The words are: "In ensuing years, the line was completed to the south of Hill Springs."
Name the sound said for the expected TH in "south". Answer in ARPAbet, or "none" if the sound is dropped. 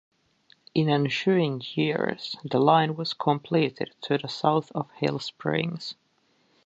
TH